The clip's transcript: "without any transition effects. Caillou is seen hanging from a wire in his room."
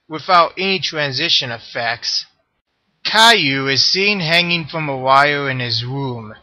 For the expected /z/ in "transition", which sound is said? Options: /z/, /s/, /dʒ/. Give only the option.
/z/